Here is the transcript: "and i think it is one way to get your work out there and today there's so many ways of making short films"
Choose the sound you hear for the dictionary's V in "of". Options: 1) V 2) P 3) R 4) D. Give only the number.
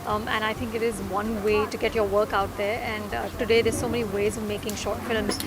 1